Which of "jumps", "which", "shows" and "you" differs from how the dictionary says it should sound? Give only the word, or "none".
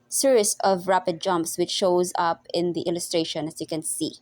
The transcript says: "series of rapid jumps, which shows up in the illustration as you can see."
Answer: none